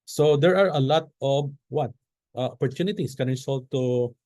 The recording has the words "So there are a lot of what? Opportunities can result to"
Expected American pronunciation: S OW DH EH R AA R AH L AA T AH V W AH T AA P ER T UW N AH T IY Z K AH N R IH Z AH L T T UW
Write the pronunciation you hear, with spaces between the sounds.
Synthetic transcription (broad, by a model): S OW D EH R AA R AH L AA T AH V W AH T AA P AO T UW N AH T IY S K AH N R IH S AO L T T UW